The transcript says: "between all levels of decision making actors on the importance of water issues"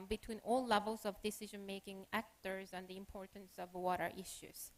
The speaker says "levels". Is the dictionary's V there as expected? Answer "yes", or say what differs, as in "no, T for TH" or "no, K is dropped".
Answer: yes